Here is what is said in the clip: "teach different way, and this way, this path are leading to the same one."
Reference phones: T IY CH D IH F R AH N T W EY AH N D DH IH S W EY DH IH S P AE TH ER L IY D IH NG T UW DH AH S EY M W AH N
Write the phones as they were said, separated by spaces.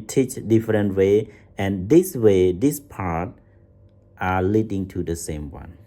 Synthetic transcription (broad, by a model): T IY CH D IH F R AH N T W EY AH N D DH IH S W EY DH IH S P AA T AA L IY D IH NG T UW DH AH S EY M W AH N